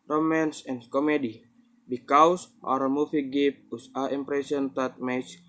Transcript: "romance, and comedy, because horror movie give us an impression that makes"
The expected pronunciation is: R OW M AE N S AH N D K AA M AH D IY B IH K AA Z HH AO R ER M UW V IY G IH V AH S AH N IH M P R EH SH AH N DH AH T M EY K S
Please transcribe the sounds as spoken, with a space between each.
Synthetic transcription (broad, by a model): R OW M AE N S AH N K AA M AH D IY B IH K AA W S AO R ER M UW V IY G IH P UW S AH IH M P R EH S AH N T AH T M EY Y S